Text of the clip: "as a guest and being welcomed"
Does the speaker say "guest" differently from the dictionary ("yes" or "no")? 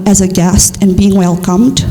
no